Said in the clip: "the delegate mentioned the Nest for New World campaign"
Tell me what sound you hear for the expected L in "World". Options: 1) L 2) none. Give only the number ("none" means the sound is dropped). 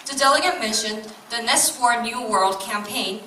1